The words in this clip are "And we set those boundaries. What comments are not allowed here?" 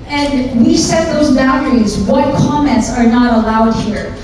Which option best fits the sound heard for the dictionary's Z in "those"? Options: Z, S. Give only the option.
Z